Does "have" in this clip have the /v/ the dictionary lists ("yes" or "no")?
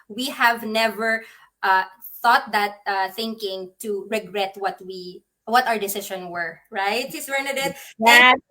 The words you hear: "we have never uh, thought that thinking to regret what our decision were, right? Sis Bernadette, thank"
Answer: yes